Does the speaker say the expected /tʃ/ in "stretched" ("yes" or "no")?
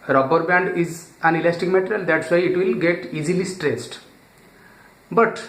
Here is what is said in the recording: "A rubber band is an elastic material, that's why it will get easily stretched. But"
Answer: no